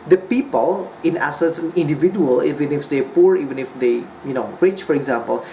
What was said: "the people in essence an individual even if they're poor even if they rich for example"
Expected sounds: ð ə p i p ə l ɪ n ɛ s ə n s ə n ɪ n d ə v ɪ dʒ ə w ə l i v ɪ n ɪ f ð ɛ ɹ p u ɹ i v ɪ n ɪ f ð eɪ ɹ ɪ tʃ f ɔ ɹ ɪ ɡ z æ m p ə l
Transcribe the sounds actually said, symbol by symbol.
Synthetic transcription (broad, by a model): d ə p i p ə l ɪ n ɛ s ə s ə n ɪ n d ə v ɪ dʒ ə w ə l i v ɪ n ɪ f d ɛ p u ɹ i v ɪ n ɪ f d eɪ ɹ ɪ tʃ f ɔ ɹ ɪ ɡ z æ m p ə l